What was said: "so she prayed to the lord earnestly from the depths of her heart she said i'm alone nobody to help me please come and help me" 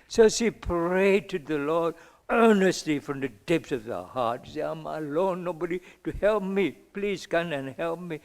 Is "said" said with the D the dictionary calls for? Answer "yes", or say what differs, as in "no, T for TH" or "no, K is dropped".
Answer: no, D is dropped